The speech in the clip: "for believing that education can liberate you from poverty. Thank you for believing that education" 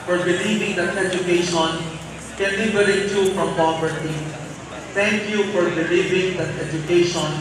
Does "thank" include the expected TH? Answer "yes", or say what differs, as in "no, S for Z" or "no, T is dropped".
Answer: no, T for TH